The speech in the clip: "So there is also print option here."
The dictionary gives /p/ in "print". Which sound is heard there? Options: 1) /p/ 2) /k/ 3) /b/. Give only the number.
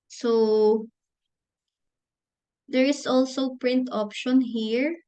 1